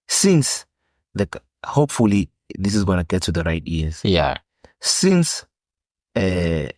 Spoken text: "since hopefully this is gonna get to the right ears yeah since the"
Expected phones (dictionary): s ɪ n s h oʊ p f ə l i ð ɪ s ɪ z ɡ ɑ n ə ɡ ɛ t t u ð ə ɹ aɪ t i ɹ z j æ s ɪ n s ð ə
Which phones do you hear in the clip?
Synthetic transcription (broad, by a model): s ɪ n s h oʊ p f ə l i ð ɪ s ɪ z ɡ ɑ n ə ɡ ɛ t t u ð ə ɹ aɪ t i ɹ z j æ s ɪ n s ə